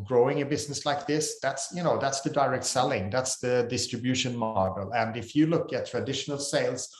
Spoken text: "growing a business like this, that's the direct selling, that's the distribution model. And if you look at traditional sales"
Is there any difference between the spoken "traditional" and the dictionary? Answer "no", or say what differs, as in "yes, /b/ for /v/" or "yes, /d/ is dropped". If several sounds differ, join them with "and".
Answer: no